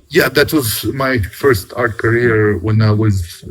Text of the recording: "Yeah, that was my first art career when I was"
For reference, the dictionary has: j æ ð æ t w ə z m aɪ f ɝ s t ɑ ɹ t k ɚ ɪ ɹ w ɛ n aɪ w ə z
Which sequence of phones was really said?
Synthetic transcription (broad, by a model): j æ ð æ t w ə z m aɪ f ɝ s t ɑ ɹ t k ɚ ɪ ɹ w ɛ n aɪ w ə z